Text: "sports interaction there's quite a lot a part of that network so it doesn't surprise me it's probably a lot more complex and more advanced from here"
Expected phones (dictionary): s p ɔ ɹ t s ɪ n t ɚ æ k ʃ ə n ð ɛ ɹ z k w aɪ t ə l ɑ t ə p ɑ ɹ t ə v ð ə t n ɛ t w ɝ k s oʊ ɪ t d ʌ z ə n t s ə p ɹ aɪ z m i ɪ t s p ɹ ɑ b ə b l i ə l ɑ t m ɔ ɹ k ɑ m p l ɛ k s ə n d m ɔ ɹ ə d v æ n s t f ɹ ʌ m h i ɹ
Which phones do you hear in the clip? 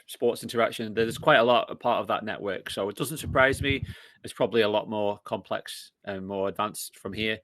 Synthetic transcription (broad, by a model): s p ɔ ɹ t s ɪ n t ɚ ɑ k ʃ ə n ð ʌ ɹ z k w aɪ t ə l ɑ t ə p ɑ ɹ t ə v ð ə t n ɛ t w ɝ k s oʊ ɪ t d ʌ z ə n t s ə p ɹ aɪ z m i ɪ t s p ɹ ɑ b ə b l i ə l ɑ t m ɔ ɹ k ɑ m p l ɛ k s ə n m ɔ ɹ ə d v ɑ n s f ɹ ʌ m h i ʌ